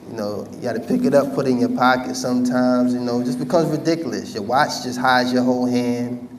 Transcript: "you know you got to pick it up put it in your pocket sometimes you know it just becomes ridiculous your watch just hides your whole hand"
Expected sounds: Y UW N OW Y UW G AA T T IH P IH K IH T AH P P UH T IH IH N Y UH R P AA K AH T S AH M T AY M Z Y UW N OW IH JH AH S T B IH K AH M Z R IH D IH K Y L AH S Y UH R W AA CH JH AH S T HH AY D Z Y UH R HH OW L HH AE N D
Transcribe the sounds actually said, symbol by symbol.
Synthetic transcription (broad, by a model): Y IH N OW Y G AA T T IH P IH K IH T AH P P UH T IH IH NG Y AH R P AA K AH T S AH M T AY M Z Y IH N OW IH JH AH S B IH K AH M Z R IH D IH K Y L AH S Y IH W AA CH JH AH S T HH AY Z Y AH R HH OW L HH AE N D